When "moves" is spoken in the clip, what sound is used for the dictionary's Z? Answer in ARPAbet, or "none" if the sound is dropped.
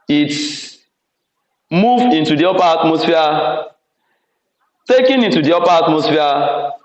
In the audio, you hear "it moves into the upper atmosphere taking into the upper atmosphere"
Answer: none